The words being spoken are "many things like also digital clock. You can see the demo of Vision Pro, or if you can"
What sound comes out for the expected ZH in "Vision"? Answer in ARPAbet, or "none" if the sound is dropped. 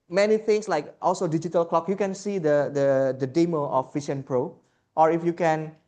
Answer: SH